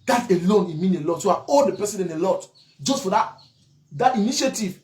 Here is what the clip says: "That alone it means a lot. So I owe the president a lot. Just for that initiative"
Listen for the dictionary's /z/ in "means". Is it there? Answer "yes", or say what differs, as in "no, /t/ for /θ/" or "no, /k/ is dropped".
no, /z/ is dropped